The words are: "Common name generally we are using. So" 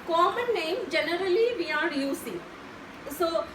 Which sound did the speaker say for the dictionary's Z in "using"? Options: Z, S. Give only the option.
S